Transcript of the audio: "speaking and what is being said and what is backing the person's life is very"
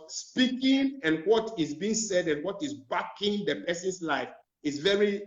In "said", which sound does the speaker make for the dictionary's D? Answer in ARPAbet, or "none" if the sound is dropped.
D